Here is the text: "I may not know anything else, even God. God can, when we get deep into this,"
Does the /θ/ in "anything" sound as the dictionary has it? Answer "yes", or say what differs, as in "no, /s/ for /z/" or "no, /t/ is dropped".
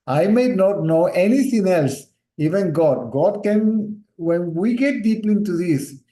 no, /t/ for /θ/